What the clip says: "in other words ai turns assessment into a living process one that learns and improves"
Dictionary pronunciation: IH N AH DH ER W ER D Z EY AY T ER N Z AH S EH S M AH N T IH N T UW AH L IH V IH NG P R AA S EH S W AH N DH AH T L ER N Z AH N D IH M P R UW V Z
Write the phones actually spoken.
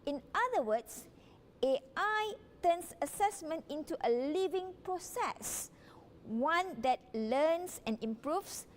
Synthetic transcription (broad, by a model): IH N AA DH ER W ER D S EY AY T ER N S AH S EH S M AH N T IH N T UW AH L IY V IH NG P R AA S EH S W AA N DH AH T L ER N S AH N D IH M P R UW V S